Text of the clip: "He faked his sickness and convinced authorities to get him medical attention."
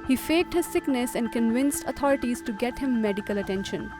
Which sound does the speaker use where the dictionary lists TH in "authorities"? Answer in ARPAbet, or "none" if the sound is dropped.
T